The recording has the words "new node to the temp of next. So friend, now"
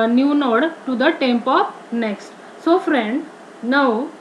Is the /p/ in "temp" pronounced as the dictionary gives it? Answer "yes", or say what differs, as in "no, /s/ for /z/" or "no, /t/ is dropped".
yes